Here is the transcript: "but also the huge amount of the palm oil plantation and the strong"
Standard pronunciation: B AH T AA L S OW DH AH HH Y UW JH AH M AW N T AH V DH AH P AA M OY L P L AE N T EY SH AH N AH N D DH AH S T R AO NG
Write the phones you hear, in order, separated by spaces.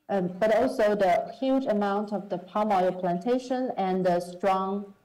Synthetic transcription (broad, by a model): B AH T AA L S OW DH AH HH Y UW JH AH M AW N T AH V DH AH P AA M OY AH P L AE N T EY SH AH N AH N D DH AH S T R AO NG